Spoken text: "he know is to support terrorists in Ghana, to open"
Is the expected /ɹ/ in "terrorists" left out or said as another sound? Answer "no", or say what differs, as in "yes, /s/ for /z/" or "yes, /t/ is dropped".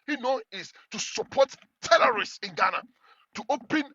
yes, /l/ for /ɹ/